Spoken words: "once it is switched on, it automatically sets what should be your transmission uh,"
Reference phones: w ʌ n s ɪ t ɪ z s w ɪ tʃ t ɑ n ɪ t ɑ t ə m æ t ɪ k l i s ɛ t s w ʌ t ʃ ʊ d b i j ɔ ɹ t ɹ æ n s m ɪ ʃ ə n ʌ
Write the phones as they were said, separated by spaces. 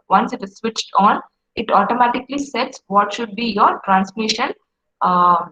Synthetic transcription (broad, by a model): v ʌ n s ɪ t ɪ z s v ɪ tʃ t ɑ n ɪ t ɑ t ə m æ t ɪ k l i s ɛ t s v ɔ t ʃ ʊ d b i j ɔ ɹ t ɹ æ n s m ɪ ʃ ə n